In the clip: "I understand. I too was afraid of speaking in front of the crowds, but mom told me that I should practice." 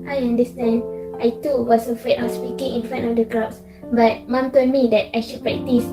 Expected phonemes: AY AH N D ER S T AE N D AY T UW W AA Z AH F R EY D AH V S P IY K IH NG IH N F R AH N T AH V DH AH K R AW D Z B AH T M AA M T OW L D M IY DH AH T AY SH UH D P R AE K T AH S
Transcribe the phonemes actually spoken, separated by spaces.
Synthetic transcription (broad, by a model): AY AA N D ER S T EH N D AY T UW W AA S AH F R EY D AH S P IY K IH NG IH N F R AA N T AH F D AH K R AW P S B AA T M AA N T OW D M IY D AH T AY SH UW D P R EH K T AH S